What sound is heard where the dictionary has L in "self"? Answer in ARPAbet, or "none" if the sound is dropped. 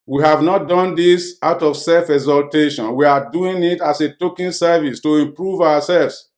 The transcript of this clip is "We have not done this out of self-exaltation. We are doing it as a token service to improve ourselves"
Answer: L